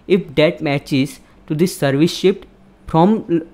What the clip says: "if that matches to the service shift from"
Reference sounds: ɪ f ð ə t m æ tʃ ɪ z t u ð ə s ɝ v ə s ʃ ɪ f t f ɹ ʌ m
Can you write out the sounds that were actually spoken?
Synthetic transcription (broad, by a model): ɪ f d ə t m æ tʃ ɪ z t u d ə s ɝ v ə s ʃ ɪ p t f ɹ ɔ m